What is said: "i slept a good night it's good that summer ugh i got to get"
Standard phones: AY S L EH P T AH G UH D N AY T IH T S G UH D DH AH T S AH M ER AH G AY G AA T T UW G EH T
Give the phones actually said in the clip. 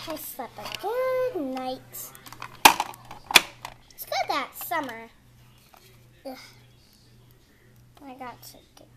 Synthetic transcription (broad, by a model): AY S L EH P AH G UH D N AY IH T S G UH D DH AH T S AH M ER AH AY G AA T T UW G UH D